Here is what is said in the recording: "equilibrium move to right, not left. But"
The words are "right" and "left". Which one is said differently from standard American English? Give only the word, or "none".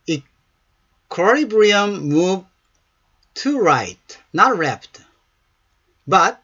left